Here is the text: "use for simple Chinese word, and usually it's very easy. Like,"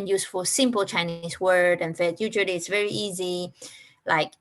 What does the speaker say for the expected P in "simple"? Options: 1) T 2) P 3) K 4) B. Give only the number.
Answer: 2